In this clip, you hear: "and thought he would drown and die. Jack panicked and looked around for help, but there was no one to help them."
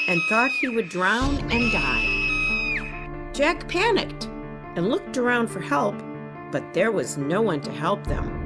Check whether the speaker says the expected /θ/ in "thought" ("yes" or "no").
yes